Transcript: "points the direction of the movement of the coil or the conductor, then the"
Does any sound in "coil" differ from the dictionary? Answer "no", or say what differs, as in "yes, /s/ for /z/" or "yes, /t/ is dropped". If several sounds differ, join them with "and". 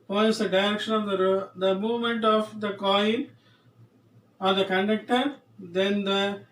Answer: yes, /n/ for /l/